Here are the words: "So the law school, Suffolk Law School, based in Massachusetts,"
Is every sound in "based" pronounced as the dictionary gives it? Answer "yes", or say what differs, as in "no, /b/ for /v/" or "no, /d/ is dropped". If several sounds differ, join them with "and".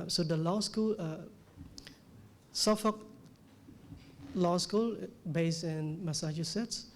no, /t/ is dropped